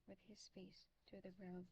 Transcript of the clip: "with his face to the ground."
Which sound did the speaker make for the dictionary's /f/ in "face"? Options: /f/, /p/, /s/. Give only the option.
/f/